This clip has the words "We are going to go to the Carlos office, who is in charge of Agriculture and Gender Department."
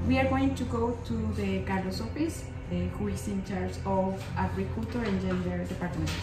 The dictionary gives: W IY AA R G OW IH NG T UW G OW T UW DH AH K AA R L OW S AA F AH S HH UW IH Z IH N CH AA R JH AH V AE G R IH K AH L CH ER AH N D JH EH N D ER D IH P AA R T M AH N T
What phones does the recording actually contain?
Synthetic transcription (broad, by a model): W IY AA R G OW IH NG T UW G OW T UW DH AH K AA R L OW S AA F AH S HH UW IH S IH N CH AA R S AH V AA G R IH K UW L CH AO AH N JH EH N D ER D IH P AA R T M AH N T